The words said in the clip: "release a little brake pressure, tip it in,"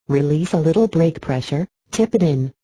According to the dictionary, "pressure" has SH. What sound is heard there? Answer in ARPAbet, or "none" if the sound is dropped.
SH